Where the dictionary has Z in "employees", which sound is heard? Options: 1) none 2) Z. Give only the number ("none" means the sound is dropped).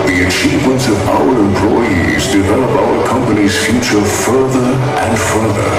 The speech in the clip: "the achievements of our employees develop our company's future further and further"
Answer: 2